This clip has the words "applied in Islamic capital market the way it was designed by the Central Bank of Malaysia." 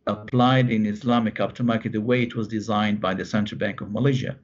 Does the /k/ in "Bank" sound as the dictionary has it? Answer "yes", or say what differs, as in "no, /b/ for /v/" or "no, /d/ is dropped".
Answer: yes